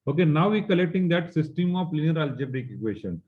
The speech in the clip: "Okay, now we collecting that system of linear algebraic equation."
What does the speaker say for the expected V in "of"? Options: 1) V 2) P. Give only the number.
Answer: 2